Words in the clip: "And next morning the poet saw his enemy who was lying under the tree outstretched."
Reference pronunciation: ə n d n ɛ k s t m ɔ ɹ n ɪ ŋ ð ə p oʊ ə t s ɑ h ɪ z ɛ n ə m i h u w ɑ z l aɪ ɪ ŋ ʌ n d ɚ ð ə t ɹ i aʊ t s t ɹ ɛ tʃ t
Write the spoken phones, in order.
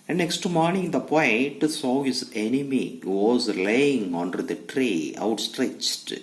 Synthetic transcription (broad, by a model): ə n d n ɛ k s t m ɔ ɹ n ɪ ŋ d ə p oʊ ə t s ɑ h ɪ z ɛ n ə m i h u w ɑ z l aɪ ɪ ŋ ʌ n d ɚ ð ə t ɹ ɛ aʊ t s t ɹ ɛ tʃ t